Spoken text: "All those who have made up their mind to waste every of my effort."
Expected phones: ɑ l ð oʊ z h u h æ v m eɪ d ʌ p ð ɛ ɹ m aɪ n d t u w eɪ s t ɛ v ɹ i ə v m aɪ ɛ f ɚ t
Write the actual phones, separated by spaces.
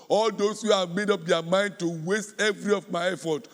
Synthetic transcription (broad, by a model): ɑ l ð oʊ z h u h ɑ v m eɪ d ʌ p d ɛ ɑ m aɪ n d t u w eɪ s t ɛ v ɹ i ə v m aɪ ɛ f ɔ t